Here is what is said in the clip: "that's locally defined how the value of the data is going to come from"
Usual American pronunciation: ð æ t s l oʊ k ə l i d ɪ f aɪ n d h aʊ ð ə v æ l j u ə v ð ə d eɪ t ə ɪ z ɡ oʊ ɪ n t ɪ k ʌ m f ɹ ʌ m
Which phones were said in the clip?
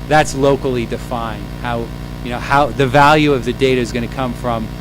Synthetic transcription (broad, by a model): ð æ t s l oʊ k l i d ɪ f aɪ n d h aʊ ð ə v æ l j u ə v ð ə d eɪ t ə ɪ z ɡ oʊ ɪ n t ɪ k ʌ m f ɹ ʌ m